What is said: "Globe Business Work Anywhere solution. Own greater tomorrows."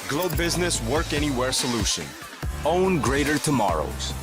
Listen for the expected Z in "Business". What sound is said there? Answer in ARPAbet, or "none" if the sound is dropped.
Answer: Z